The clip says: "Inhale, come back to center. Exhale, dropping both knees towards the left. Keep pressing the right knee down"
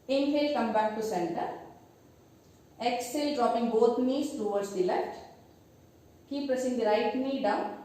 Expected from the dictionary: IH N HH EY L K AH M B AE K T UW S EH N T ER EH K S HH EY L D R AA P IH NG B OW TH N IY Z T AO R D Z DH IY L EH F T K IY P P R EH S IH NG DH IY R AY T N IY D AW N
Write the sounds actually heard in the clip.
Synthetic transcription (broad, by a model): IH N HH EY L K AH M B AE K T UW S EH N T ER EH K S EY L D R AA P IH NG B OW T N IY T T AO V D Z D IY L EH F T K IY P P AH S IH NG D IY R AY T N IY D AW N